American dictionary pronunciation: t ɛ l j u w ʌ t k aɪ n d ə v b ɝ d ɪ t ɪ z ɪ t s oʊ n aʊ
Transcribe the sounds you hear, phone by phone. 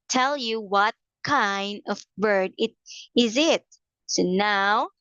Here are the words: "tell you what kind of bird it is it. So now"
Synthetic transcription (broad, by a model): t ɛ l j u w ʌ t k aɪ n d ə v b ɝ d ɪ t ɪ z ɪ t s oʊ n aʊ